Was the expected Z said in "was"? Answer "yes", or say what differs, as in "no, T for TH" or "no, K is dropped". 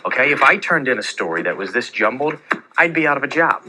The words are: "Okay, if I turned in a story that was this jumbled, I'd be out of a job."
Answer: yes